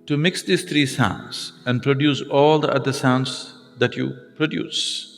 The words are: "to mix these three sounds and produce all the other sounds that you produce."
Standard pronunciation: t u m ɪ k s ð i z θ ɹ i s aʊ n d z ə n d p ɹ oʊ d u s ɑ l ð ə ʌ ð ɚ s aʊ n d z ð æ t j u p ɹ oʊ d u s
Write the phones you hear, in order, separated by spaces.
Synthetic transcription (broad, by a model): t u m ɪ k s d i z t ɹ i s aʊ n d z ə n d p ɹ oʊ d u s ɑ l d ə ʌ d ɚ s aʊ n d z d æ t j u p ɹ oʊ d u s